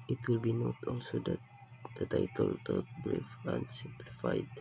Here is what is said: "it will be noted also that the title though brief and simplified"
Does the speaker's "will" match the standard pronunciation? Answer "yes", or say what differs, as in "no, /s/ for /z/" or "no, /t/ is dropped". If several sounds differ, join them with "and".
yes